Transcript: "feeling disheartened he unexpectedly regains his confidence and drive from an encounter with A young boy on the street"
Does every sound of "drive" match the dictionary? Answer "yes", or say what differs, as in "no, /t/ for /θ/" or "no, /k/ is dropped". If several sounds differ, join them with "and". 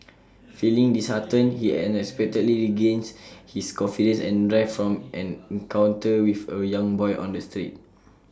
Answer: no, /f/ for /v/